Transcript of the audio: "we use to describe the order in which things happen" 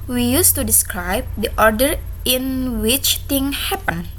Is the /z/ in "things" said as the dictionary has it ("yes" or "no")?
no